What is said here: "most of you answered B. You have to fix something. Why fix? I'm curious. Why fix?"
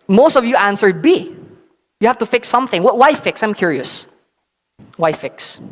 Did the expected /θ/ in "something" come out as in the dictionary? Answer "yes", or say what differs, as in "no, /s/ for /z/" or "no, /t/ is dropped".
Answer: yes